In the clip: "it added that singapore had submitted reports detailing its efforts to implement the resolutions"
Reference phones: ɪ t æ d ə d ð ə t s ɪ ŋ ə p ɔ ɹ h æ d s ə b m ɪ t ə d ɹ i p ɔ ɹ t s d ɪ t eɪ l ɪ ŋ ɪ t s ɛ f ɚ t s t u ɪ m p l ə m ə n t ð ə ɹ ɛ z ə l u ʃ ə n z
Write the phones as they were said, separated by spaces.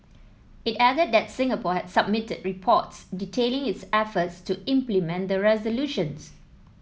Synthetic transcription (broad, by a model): ɪ t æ d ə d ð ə t s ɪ ŋ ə p ɔ h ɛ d s ə b m ɪ t ə d ɹ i p ɔ t s d ɪ t eɪ l ɪ ŋ ɪ t s ɛ f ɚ t s t u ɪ m p l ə m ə n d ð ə ɹ ɛ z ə l u ʃ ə n s